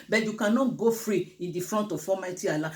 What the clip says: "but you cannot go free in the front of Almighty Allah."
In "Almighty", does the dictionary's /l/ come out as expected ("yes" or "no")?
no